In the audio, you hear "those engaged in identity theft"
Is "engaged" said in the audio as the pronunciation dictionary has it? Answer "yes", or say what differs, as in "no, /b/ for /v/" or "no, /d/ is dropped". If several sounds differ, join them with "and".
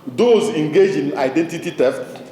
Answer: no, /d/ is dropped